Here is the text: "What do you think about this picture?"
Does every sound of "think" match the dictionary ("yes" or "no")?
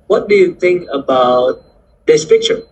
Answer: yes